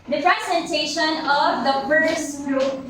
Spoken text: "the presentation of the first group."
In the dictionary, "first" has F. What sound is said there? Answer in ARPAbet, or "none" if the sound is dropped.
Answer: P